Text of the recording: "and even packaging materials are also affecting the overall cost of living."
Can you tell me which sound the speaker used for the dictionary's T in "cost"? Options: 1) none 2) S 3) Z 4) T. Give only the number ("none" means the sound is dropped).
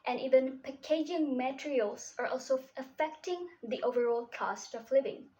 4